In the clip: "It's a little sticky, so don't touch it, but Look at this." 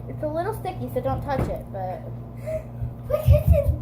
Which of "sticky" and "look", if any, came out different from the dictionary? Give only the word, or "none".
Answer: look